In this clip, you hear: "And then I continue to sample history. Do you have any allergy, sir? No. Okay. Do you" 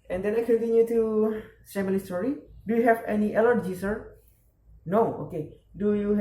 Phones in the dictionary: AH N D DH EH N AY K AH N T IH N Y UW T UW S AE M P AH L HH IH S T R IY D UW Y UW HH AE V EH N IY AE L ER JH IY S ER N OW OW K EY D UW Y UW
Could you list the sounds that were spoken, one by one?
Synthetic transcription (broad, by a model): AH N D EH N AY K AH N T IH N Y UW T UW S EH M AH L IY S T R IY D UW Y UW HH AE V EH N IY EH L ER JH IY S ER N OW OW K EY D UW Y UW